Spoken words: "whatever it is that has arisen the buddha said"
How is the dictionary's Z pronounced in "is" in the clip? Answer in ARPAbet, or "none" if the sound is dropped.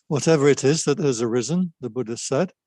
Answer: Z